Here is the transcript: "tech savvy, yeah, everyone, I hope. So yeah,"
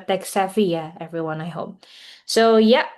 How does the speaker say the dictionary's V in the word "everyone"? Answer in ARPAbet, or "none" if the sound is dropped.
V